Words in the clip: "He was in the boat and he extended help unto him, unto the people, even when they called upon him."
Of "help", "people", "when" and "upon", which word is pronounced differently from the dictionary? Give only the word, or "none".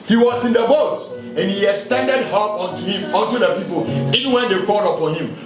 help